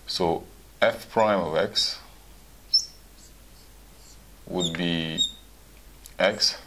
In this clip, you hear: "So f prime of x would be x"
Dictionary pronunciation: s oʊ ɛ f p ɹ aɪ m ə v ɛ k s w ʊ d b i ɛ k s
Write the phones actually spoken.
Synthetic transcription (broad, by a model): s oʊ ɛ f p ɹ aɪ m ə v ɛ k s w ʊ d b i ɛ k s